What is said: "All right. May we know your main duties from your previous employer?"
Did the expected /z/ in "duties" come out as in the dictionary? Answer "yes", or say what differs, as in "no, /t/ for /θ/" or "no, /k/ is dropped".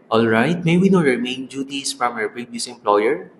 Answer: no, /s/ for /z/